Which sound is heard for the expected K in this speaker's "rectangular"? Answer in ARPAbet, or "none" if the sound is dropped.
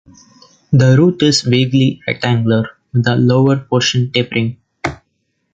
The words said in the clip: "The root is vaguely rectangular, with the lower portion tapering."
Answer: none